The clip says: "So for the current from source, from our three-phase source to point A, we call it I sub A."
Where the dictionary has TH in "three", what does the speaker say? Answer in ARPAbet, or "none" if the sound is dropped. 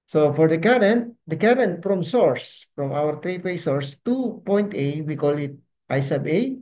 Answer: T